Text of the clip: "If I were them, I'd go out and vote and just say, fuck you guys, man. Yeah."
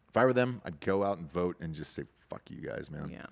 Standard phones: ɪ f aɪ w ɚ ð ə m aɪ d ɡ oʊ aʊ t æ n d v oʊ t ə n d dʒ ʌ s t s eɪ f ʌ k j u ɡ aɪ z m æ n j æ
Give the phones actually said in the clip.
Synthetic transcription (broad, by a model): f aɪ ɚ ð ə m aɪ d ɡ oʊ aʊ t n v oʊ t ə n dʒ ʌ s t s eɪ f ʌ k j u ɡ aɪ z m æ n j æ